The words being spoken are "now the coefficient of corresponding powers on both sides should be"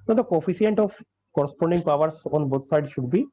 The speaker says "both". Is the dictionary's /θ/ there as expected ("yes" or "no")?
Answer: no